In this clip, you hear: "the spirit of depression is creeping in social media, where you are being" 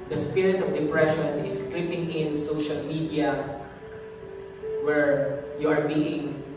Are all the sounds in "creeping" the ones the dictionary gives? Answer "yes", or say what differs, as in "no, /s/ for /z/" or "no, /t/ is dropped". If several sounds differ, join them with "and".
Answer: no, /l/ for /ɹ/